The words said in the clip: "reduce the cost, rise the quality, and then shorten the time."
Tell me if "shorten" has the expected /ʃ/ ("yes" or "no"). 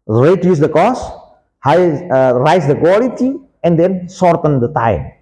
no